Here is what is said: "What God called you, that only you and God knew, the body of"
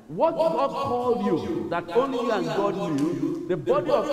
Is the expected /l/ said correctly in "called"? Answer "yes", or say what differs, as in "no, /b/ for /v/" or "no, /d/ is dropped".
yes